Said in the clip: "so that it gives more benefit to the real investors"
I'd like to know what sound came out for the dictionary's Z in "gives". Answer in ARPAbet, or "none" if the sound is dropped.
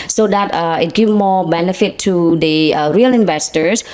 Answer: none